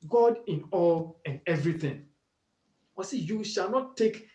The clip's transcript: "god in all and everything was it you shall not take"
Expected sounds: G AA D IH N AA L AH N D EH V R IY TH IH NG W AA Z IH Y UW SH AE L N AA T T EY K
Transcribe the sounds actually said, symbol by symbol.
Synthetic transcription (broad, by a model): G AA D IH N AA L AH N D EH V R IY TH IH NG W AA S IH Y UW SH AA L N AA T T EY K